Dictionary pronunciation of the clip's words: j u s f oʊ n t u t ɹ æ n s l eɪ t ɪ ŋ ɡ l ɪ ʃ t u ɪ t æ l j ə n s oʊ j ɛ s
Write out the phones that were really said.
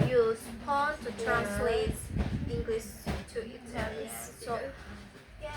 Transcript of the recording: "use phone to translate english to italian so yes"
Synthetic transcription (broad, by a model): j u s p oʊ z t u t ɹ æ n s l eɪ t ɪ ŋ ɡ l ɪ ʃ t u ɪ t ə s s oʊ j